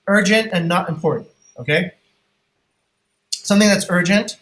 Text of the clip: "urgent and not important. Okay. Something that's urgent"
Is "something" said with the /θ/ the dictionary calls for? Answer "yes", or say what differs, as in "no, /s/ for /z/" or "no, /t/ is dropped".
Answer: yes